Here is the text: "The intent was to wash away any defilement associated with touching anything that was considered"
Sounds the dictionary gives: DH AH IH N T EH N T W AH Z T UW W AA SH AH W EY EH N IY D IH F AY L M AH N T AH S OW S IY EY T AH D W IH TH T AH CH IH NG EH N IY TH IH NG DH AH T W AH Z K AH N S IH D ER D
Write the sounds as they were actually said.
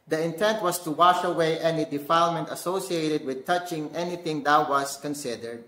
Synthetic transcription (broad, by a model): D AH IH N T EH N T W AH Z T UW W AA SH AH W EY EH N IY D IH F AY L M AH N T AH S OW S IY EY T AH D W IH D T AH CH IH NG EH N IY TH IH NG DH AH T W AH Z K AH N S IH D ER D